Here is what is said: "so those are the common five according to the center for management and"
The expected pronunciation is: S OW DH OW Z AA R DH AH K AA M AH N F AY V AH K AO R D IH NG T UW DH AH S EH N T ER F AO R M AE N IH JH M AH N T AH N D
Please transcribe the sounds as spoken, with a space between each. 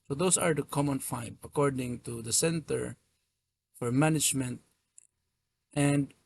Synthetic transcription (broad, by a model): S OW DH OW S AA R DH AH K AA M AH N F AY B AH K AO R D IH NG T UW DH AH S EH N T ER F AO R M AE N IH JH M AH N T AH N D